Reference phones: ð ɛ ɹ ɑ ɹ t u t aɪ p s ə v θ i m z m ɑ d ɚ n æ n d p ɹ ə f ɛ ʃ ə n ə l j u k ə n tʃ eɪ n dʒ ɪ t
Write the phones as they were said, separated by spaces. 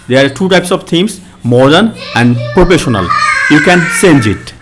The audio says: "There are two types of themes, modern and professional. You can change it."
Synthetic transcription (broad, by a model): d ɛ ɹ ɑ ɹ t u t aɪ p s ə v t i m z m ɑ d ɚ n æ n d p ɹ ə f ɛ ʃ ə n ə l j u k ə n s eɪ n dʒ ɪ t